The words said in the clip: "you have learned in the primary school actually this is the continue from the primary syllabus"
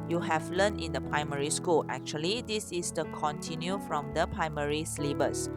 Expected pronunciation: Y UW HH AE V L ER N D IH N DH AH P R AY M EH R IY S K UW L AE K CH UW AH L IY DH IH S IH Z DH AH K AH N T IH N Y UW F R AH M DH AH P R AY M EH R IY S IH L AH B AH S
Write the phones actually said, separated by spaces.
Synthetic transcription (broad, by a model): Y UW HH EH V L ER N IH N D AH P R AY M EH R IY S K UW L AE K CH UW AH L IY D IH S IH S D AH K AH N T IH N Y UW F R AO M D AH P R AY M EH R IY S L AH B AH S